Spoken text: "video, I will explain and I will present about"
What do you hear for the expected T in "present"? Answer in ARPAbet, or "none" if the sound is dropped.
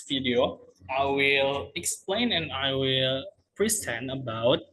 none